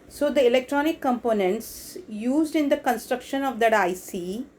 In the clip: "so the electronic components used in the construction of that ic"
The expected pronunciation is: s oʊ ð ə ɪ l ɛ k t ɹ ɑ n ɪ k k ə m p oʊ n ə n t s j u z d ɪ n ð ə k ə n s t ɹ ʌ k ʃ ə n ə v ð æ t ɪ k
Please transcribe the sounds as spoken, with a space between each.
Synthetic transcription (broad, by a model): s oʊ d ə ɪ l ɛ k t ɹ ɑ n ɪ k k ə m p oʊ n ə n t s j u z d ɪ n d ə k ə n s t ɹ ʌ k ʃ ə n ə v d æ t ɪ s